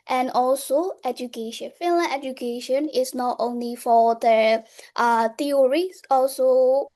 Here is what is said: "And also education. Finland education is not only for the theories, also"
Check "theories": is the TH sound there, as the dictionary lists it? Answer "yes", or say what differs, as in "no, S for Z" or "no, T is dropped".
no, T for TH